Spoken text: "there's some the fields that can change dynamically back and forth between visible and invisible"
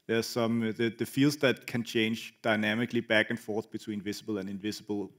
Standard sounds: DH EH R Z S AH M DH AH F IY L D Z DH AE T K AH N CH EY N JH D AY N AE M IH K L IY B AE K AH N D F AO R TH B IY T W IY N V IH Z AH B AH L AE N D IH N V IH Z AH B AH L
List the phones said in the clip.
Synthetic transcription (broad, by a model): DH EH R S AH M DH AH F IY L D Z DH AE T K AH N CH EY N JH D AY N AE M IH K L IY B AE K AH N F AO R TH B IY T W IY N V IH S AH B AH L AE N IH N V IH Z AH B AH L